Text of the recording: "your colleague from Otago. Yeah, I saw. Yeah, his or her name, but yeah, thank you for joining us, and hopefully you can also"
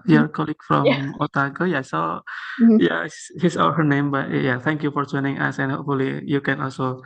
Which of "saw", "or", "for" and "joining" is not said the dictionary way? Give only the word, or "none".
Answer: or